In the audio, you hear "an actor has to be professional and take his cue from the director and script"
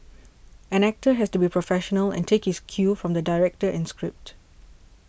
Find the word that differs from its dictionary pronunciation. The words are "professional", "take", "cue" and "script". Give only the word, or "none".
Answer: none